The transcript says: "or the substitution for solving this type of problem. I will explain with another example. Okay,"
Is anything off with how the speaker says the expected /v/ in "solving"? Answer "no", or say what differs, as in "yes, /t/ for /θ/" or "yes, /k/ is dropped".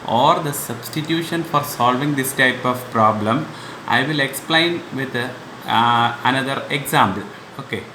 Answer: no